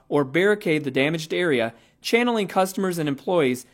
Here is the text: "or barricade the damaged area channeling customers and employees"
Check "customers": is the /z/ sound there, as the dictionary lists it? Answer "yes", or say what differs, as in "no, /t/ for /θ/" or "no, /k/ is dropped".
yes